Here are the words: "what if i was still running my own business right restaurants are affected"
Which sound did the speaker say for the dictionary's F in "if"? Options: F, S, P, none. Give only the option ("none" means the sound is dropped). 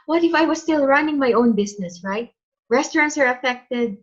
F